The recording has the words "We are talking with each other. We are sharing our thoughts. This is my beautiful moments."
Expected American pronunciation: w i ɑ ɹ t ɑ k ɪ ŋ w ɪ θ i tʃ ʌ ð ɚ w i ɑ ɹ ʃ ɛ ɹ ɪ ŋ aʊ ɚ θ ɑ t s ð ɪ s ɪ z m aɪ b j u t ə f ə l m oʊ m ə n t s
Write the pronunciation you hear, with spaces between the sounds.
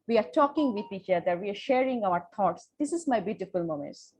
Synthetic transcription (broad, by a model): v i ɑ ɹ t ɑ k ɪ ŋ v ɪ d i tʃ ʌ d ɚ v i ɑ ɹ ʃ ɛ ɹ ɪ ŋ aʊ ɚ t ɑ t s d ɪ s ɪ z m aɪ b j u t ə f ə l m oʊ m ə n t